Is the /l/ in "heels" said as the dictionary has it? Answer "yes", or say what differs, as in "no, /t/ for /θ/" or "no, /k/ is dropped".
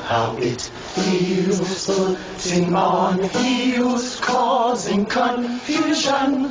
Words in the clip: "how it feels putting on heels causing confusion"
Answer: no, /w/ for /l/